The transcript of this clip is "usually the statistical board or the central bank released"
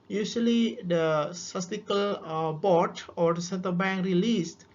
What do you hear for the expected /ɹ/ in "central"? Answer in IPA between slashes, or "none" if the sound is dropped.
none